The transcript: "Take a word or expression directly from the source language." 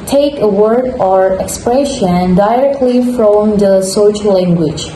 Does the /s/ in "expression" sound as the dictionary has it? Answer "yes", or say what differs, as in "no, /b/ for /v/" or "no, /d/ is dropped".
yes